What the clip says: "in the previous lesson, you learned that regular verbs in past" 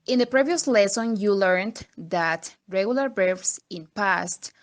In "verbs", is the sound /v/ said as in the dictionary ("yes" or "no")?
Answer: no